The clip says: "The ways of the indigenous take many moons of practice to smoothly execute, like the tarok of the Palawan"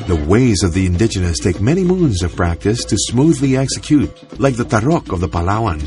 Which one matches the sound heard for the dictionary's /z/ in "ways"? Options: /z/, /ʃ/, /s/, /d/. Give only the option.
/z/